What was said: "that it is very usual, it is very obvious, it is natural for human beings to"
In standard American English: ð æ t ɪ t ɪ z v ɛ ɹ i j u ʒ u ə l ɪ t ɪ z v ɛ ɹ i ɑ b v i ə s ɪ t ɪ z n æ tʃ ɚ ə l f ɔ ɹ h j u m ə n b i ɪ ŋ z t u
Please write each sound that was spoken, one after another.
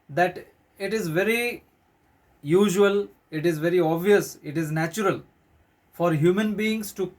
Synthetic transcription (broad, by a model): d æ t ɪ t ɪ z v ɛ ɹ i j u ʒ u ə l ɪ t ɪ z v ɛ ɹ i ɑ b v i ə s ɪ t ɪ z n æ tʃ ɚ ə l f ɔ ɹ h j u m ə n b i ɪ ŋ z t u